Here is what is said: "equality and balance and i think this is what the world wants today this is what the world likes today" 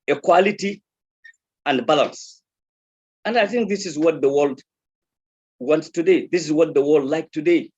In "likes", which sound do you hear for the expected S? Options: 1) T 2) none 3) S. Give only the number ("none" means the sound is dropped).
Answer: 2